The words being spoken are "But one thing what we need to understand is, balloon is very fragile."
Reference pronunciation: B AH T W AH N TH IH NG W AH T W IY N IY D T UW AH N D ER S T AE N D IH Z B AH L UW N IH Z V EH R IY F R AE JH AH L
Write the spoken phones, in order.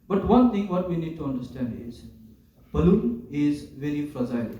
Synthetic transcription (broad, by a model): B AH T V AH N T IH NG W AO T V IY N IY D T UW AH N D ER S T AE N D IH Z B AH L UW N IH Z V EH R IY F R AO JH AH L